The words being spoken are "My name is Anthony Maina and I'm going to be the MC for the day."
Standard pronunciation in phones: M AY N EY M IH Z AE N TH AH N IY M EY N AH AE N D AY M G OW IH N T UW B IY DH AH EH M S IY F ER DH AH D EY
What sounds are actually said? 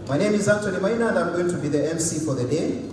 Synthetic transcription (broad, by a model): M AY N EY M IH Z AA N T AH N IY M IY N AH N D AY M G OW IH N T UW B IY DH AH EH M S IY F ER DH AH D EY